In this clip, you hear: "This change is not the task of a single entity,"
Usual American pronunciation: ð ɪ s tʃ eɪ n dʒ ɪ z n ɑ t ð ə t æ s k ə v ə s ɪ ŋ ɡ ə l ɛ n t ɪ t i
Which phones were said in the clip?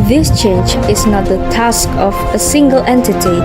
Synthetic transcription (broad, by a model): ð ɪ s tʃ eɪ n dʒ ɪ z n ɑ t ð ə t æ s k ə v ə s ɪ ŋ ɡ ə l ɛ n t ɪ t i